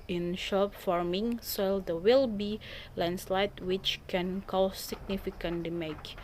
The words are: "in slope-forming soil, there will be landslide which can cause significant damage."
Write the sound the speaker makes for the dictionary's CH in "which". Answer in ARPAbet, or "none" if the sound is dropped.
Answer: CH